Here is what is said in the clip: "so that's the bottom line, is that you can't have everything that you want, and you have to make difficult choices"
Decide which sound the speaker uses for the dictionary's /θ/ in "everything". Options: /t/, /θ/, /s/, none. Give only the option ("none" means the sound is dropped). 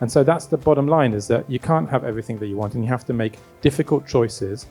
/θ/